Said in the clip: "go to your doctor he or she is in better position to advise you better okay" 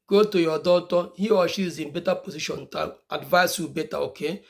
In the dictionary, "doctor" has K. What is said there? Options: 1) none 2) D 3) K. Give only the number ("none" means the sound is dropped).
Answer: 1